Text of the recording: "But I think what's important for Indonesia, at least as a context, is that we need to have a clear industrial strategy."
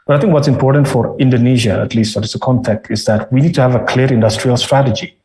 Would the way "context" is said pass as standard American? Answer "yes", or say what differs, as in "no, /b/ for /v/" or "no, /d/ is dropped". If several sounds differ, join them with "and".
no, /s/ is dropped